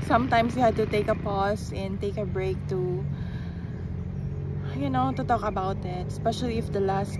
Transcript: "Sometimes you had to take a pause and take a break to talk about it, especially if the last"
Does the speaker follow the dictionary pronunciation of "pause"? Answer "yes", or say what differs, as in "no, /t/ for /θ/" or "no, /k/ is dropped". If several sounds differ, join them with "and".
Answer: no, /s/ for /z/